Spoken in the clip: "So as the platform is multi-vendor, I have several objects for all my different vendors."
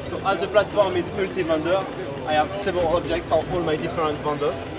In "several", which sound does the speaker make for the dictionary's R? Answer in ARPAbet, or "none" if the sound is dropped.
none